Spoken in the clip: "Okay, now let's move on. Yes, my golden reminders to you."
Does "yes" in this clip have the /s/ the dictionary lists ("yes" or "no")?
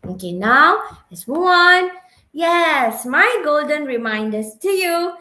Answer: yes